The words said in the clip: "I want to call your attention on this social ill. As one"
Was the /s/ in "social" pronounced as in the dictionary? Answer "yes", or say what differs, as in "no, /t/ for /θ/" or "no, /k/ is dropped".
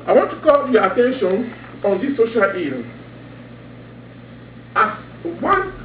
yes